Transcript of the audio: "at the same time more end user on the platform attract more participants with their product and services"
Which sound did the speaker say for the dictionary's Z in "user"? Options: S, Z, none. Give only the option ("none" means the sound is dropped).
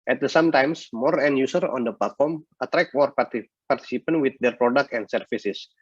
S